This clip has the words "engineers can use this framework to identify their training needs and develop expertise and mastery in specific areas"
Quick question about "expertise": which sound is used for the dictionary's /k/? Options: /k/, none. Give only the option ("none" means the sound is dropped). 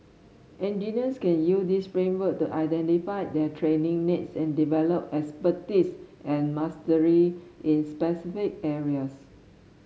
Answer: none